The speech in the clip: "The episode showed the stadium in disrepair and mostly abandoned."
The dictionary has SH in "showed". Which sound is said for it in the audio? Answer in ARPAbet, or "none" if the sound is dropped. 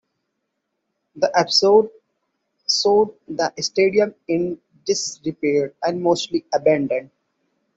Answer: S